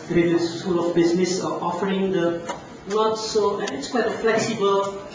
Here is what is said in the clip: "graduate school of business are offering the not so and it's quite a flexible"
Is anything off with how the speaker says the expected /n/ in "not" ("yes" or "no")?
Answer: yes